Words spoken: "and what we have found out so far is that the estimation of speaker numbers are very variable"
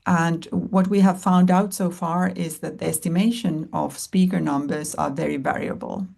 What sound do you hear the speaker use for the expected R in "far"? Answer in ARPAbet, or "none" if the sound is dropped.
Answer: R